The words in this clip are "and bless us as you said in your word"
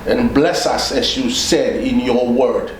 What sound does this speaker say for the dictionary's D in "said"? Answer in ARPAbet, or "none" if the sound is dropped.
D